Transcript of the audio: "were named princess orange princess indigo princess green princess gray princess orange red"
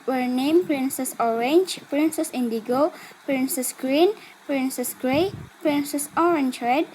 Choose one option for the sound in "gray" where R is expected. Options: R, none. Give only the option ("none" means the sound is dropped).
none